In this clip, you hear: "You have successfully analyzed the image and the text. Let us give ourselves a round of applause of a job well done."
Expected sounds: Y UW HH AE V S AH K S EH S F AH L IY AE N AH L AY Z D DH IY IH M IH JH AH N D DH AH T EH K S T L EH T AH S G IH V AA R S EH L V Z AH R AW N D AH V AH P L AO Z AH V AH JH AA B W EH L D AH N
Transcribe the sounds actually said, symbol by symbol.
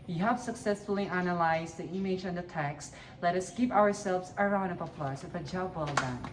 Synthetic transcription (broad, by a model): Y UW HH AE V S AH K S EH S F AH L IY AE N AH L AY Z DH IY IH M IH JH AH N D DH AH T EH K S T L EH T AH S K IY P AA R S EH L V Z AH R AW N D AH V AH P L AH S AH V AH JH AA B W EH L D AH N